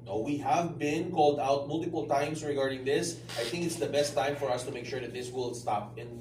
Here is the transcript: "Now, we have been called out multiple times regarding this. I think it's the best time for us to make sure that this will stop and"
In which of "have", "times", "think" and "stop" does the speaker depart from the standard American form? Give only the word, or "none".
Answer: times